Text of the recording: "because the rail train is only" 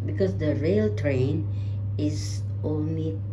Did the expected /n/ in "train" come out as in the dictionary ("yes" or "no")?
yes